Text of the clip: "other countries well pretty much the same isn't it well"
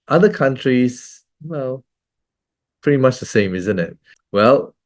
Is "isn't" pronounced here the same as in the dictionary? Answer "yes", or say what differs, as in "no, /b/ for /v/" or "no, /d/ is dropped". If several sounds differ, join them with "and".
yes